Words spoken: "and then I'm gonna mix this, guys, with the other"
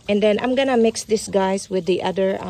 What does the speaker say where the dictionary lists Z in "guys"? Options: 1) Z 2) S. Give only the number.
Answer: 2